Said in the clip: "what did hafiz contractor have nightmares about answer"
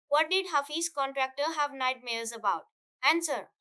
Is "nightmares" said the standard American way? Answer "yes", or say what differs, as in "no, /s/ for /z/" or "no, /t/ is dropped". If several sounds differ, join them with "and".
no, /l/ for /ɹ/